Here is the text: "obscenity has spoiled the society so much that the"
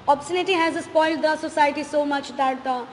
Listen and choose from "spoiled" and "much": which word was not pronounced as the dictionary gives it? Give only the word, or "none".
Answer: none